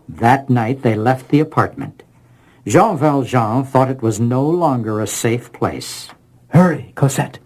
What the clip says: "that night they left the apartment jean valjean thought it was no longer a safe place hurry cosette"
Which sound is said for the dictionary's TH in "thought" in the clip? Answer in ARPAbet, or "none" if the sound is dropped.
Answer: TH